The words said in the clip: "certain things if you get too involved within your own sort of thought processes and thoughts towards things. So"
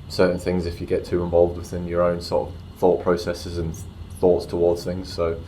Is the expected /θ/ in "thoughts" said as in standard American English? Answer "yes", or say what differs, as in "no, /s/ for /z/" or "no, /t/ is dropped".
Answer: yes